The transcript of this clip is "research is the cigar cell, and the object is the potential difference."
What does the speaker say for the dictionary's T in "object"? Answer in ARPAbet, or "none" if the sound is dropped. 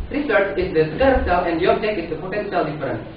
none